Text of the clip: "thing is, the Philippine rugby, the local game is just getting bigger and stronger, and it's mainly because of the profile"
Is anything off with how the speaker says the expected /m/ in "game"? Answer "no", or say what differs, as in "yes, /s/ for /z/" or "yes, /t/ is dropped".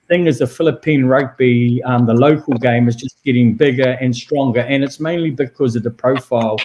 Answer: no